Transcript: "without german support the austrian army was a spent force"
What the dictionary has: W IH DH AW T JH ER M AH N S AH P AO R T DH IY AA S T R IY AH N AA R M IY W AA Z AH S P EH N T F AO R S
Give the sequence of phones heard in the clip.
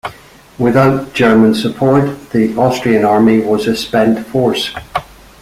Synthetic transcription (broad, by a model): W IH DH AW T JH ER M AH N S AH P AO R T DH IY AA S T R IY AH N AA R M IY W AA Z AH S P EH N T F AO R S